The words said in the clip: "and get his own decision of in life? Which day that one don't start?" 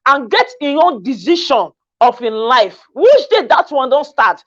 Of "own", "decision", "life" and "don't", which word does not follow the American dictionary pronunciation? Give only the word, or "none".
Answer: decision